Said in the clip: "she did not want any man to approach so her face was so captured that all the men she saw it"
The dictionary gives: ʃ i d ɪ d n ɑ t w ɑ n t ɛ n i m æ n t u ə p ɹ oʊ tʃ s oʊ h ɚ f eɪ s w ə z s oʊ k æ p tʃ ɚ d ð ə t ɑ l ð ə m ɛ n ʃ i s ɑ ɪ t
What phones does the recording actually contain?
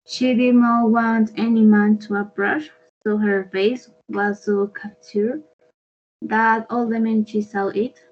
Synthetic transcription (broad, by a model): ʃ i d ɪ d n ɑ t w ɑ n t ɛ n i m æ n t u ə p ɹ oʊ ʃ s oʊ h ɚ f eɪ s w ə z s oʊ k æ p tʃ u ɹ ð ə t ɑ l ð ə m ɛ n ʃ i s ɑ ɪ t